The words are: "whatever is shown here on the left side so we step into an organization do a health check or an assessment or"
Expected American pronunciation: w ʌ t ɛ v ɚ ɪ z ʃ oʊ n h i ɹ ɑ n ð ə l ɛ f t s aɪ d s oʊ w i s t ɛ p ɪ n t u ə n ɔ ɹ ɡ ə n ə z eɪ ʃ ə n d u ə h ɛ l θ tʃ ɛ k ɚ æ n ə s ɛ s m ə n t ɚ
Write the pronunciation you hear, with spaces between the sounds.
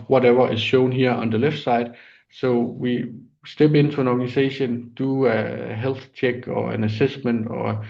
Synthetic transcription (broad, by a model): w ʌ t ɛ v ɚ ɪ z ʃ oʊ n h i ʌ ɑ n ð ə l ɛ f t s aɪ d s oʊ w i s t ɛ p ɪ n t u ə n ɔ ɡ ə n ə s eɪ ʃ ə n d u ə h ɛ l θ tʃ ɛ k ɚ æ n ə s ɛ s m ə n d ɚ